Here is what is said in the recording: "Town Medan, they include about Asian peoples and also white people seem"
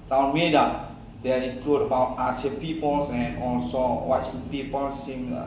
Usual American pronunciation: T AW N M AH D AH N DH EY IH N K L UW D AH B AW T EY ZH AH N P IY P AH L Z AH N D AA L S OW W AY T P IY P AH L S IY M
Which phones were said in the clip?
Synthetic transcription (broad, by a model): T AW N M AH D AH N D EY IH K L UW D AH B AW T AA S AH P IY P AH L S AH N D AA L S OW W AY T P IY P AH L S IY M